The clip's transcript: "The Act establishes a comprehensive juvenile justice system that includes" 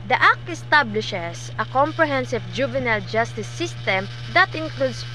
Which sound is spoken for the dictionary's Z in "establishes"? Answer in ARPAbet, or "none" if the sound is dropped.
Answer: S